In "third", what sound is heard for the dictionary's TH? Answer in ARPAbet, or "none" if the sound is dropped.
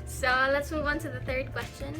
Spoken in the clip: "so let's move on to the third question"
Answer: TH